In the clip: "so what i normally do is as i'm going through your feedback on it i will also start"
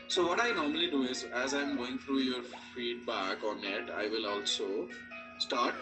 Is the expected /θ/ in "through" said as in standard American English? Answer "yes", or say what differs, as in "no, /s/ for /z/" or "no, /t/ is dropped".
no, /t/ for /θ/